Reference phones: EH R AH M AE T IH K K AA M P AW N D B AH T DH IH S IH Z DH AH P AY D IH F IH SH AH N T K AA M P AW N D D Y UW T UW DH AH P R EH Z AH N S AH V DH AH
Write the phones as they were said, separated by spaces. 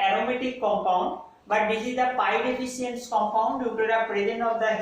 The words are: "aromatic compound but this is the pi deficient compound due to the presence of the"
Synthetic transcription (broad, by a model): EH R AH M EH T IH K K AA M P AW N D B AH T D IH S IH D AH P AY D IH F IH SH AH N T K AA M P AW N D D Y UW T UW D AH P R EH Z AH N AH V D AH